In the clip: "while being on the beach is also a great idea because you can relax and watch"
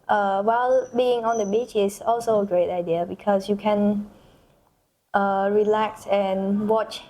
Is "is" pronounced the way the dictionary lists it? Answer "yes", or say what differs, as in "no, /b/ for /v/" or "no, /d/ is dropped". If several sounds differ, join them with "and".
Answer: no, /s/ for /z/